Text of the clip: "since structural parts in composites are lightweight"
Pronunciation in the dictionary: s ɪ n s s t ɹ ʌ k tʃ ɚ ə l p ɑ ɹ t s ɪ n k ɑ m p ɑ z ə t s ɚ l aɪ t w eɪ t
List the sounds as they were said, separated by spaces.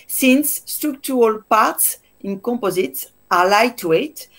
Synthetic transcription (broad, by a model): s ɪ n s s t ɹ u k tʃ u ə l p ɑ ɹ t s ɪ n k ɑ m p ɑ z ə t s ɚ l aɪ t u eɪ t